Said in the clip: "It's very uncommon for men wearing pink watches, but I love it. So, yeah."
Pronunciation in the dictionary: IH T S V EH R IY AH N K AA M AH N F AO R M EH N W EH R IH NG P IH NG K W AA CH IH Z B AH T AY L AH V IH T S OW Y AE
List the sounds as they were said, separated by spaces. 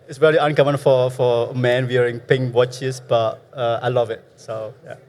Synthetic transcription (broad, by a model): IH T S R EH L IY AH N K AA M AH N F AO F M EH N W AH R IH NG P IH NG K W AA CH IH S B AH T AY L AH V IH T S OW Y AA